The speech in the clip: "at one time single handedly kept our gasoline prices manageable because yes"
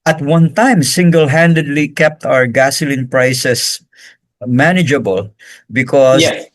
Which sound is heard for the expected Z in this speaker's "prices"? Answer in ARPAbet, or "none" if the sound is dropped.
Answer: S